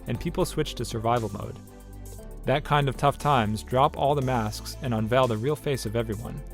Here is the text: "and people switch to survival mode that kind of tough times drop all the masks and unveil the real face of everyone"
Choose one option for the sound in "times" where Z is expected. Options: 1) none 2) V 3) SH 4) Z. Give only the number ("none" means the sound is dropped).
4